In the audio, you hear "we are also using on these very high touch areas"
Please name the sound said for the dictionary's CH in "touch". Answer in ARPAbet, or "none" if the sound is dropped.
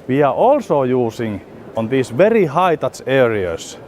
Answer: S